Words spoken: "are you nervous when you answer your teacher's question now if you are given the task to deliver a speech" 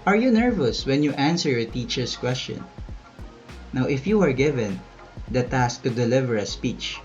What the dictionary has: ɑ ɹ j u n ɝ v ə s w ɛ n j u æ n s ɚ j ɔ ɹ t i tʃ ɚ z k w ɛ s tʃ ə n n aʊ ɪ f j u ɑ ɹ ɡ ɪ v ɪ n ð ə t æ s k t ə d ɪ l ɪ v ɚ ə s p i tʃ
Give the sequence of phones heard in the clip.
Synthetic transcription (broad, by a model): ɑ ɹ j u n ɝ v ə s w ɛ n j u æ n s ɚ j ɔ ɹ t i tʃ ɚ s k w ɛ s tʃ ə n n aʊ ɪ f j u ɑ ɹ ɡ ɪ v ɪ n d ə t æ s k t ə d ɪ l ɪ v ɚ ə s p i tʃ